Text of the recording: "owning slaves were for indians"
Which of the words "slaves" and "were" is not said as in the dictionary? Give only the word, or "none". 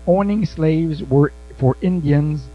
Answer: none